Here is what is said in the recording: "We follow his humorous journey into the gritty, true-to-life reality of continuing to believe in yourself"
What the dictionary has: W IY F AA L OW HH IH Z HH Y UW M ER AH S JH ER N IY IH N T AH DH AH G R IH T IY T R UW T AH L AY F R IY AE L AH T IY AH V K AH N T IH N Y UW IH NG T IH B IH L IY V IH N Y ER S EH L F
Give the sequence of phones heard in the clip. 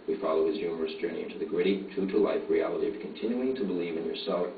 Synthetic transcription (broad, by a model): W IY F AA L OW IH Z Y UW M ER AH S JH ER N IY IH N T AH DH AH G R IH T IY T UW T AH L AY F R IY AE L AH T IY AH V K AH N T IH N Y UW IH NG T IH B IH L IY V IH N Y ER S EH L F